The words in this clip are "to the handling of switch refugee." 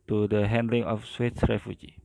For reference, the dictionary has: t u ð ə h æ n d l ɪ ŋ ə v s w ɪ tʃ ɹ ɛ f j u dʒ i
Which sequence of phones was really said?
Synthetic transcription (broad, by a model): t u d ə h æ n d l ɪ ŋ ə f s w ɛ s ɹ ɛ f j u dʒ i